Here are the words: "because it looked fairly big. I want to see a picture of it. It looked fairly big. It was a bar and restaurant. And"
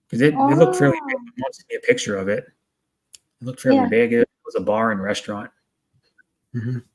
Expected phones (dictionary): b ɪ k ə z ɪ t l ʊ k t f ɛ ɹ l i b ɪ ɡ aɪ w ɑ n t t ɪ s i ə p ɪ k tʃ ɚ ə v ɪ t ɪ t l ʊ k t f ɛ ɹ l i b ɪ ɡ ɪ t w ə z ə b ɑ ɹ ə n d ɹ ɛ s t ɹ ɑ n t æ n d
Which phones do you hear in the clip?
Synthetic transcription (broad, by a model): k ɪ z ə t ɪ t l ʊ k t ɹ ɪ l i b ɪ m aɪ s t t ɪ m i ə p ɪ k tʃ ɚ ə v ɪ t ɪ t l ʊ k t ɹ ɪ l i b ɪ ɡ ɪ t w ə z ə b ɑ ɹ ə n ɹ ɛ s t ɹ ɑ n t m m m